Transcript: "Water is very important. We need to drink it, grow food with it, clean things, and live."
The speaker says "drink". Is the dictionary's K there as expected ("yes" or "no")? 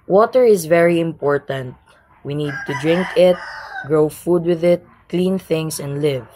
yes